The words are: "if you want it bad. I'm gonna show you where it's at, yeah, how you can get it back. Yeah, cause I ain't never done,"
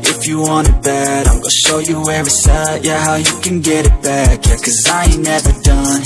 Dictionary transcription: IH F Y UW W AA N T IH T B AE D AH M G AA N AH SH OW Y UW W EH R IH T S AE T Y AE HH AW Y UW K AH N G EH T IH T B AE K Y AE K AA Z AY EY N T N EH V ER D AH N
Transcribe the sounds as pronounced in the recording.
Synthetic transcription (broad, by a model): IH F Y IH W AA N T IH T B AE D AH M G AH SH OW Y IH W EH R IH S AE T Y AE HH AW Y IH K AH N G EH T IH T B AE K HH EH K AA Z AY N N EH V ER D AH N